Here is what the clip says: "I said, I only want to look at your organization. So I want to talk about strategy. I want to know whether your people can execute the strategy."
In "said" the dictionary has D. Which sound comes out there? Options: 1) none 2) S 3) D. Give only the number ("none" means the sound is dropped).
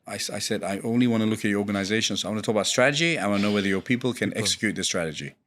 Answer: 3